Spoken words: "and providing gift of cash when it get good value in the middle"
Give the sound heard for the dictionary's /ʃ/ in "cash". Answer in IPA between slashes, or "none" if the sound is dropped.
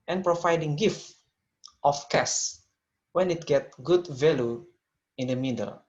/s/